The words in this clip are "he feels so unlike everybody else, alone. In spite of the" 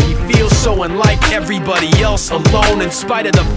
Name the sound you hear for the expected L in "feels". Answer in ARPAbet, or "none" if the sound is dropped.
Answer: L